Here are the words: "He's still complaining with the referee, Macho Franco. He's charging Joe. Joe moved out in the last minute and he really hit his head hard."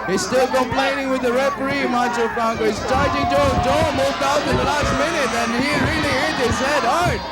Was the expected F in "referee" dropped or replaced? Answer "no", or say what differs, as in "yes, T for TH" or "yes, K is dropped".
yes, P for F